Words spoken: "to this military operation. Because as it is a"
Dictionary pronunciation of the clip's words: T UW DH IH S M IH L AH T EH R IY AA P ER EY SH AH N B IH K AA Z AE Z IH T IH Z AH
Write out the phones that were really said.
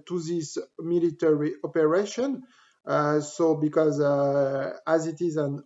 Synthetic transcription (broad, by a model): T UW DH IH S M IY L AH T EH R IY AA P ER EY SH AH N B IH K AA Z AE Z IH T IH Z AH